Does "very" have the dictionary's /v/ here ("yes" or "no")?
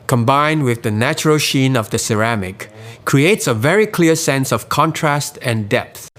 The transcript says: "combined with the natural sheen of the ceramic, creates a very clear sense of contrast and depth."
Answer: yes